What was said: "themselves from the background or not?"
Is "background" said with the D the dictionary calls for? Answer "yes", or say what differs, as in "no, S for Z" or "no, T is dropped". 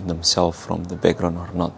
no, D is dropped